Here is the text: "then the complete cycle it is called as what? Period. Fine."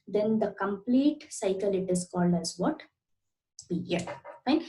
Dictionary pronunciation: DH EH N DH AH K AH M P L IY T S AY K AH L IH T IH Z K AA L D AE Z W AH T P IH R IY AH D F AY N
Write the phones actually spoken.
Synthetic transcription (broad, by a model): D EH N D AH K AH M P L IY T S AY K AH L IH T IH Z K AA L D AE Z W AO T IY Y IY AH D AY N